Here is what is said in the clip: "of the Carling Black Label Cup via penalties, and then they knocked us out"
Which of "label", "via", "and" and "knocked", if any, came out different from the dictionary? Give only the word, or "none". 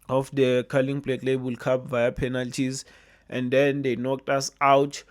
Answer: none